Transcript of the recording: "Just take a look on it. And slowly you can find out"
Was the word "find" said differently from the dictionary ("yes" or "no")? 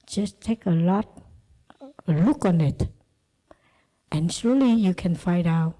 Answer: yes